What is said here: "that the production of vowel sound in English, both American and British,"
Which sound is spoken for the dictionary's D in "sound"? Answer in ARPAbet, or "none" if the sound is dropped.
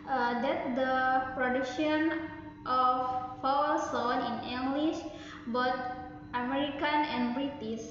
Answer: none